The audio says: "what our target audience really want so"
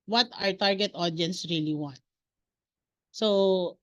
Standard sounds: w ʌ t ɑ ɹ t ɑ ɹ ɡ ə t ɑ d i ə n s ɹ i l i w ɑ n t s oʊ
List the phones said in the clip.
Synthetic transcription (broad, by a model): w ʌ t ɑ ɹ t ɑ ɹ ɡ ə t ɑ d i n s ɹ i l i w ɑ n t s oʊ